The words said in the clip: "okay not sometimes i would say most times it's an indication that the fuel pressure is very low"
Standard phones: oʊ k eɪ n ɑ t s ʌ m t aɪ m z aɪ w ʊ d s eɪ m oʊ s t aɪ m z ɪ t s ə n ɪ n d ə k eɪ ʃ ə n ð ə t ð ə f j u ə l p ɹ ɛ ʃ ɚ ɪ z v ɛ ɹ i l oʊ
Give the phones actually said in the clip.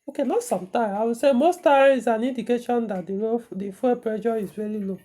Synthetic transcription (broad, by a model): oʊ k eɪ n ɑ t s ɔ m t aɪ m aɪ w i s eɪ m oʊ s t aɪ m ɪ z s ə n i n d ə k eɪ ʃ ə n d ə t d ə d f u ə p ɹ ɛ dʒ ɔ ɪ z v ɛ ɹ i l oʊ